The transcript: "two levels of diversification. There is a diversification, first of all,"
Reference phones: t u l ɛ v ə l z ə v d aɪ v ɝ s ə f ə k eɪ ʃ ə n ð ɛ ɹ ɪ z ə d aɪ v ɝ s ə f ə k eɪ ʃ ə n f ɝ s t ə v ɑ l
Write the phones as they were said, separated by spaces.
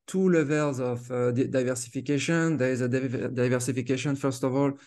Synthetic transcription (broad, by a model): t u l ɛ v ə l z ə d d aɪ v ɝ s ə f ə k eɪ ʃ ə n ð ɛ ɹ ɪ z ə d aɪ v ɝ s ə f ə k eɪ ʃ ə n f ɝ s t ə v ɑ l